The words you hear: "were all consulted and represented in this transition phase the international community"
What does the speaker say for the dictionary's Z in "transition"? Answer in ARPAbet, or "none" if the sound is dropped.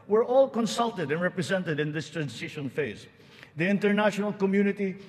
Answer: S